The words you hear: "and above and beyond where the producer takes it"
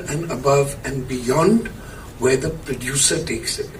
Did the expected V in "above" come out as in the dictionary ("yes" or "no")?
yes